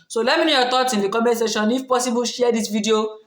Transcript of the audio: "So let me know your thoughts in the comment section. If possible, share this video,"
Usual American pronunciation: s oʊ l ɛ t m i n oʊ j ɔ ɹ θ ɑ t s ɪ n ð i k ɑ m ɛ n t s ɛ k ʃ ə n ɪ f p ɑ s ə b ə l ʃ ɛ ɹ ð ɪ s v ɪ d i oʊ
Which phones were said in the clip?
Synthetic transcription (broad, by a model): s oʊ l ɛ t m i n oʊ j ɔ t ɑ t ɪ n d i k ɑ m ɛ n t s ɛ ʃ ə n ɪ f p ɑ s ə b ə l ʃ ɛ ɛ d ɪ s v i d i oʊ